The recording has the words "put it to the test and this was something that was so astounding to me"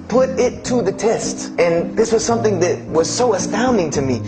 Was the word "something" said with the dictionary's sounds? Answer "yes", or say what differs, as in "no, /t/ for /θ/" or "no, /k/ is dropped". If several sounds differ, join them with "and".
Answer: yes